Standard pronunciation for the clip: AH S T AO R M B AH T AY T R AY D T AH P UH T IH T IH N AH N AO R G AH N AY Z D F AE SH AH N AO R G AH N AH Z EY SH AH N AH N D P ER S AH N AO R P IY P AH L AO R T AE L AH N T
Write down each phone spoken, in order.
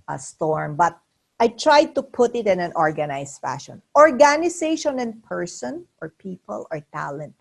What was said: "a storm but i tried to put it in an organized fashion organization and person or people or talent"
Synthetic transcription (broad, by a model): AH S T AO R M B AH T AY T R AY D T AH P UH T IH T IH N AH N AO R G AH N AY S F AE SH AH N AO R G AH N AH S EY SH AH N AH N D P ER S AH N AO R P IY P AH L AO R T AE L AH N T